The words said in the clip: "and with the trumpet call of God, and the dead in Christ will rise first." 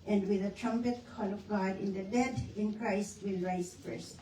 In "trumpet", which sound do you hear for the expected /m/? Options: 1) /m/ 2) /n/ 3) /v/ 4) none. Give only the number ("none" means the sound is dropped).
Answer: 1